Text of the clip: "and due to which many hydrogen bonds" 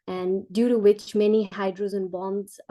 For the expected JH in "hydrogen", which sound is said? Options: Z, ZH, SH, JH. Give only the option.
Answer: Z